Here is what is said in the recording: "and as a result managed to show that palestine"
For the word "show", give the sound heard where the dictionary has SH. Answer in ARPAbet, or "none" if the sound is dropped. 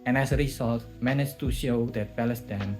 SH